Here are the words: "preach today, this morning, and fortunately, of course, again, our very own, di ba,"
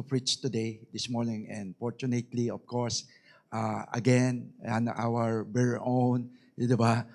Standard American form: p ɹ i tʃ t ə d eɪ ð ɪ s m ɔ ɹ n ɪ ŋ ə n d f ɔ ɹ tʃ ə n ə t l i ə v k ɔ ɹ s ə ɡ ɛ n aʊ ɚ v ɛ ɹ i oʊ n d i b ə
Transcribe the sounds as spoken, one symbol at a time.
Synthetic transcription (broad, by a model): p ɹ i tʃ t ə d eɪ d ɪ s m ɔ ɹ n ɪ ŋ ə n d f ɔ ɹ tʃ ə n ə t l i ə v k ɔ ɹ s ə ɡ ɛ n aʊ ɚ b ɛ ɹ oʊ n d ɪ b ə